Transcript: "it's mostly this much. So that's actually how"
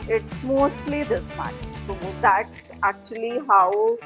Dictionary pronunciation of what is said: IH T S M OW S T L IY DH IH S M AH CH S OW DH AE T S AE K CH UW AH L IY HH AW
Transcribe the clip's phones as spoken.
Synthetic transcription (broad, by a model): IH T S M OW S T L IY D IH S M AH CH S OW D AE T S AE K CH UW AH L IY HH AW